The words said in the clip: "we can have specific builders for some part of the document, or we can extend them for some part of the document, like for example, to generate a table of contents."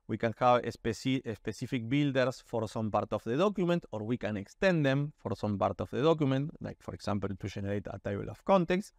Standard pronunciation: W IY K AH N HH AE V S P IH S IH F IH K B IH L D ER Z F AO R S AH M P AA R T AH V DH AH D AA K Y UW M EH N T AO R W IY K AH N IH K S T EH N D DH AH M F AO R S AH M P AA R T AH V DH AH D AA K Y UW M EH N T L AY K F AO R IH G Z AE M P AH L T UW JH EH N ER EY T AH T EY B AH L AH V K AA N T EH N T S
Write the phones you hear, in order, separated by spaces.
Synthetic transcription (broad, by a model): W IY K AH N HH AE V S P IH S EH F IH K B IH L D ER S F AO R S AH M P AA R T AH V DH AH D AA K Y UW M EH N T AO R W IY K AH N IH K S T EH N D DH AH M F AO R S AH M P AA R T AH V DH AH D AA K Y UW M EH N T L AY K F AO R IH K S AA M P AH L T UW SH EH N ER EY T AH T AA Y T L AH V K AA N T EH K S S